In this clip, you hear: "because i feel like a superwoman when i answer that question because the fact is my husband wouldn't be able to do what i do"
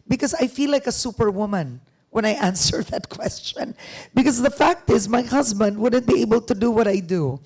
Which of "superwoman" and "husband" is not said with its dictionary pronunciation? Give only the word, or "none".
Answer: none